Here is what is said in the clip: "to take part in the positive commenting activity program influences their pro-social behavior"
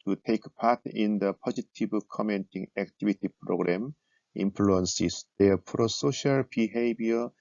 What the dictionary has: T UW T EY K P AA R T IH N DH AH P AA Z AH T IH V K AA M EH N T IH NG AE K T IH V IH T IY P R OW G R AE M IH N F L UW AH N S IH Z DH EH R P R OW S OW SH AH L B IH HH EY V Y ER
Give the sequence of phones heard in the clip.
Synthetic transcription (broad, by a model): T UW T EY K P AA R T IH N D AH P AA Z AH T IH B K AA M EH N T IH NG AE K T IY B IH T IY P R OW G R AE M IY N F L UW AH N S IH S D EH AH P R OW S OW SH AH L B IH HH EY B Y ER